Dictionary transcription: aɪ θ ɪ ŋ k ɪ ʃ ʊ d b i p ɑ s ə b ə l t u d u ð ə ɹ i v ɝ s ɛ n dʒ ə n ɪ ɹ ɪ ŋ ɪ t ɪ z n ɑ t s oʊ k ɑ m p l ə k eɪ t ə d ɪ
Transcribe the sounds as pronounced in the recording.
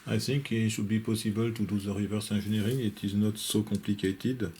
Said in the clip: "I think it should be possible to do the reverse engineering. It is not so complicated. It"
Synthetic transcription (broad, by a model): aɪ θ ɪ ŋ k ɪ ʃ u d b i p ɑ s ə b ə l t u d u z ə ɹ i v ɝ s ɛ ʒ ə n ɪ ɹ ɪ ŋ ɪ t ɪ z n ɑ t s oʊ k ɑ p l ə k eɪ t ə d